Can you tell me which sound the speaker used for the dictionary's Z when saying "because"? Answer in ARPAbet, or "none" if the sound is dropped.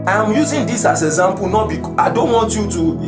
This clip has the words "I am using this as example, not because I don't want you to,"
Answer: none